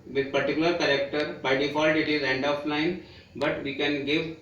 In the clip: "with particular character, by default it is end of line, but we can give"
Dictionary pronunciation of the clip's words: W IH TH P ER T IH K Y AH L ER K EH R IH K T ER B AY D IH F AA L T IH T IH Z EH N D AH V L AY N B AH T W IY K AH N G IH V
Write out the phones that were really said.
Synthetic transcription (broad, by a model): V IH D P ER T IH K Y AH L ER K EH R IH K T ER B AY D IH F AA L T IH T IH Z EH N D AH P L AY N B AH T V IY K AH N G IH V